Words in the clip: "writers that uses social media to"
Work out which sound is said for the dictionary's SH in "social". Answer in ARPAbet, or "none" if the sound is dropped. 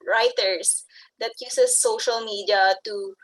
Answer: SH